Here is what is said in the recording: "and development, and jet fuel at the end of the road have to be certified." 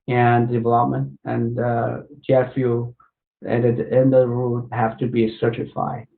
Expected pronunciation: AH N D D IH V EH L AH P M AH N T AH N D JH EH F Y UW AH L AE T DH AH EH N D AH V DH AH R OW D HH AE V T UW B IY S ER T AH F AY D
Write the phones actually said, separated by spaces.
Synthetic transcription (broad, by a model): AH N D D IH V EH L AH P M AH N T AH N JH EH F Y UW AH N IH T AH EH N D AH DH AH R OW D HH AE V T UW B IY S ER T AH F AY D